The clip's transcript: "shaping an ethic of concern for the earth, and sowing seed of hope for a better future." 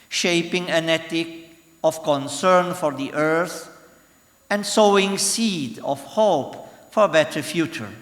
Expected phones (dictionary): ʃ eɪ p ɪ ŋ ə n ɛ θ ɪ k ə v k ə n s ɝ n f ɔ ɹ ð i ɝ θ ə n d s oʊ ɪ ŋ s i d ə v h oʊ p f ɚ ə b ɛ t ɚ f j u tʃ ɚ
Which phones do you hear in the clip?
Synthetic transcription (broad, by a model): ʃ eɪ p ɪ ŋ ə n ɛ t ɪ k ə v k ə n s ɝ n f ɔ ɹ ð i ɝ θ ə n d s oʊ ɪ ŋ s i d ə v h oʊ p f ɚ ə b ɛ t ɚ f j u tʃ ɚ